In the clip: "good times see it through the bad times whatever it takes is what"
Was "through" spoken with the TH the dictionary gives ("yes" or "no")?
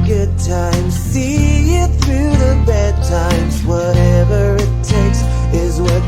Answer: yes